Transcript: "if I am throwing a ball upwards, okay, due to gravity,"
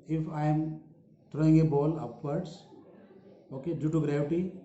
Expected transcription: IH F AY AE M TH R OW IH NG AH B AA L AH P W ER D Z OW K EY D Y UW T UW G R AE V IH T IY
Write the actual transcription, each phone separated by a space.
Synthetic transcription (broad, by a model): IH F AY M T R OW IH NG AH B AA L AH P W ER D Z OW K EY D Y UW T UW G R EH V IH T IY